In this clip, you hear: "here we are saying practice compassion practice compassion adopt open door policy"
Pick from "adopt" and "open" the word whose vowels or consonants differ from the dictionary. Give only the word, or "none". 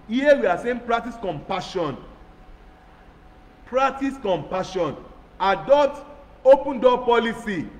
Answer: adopt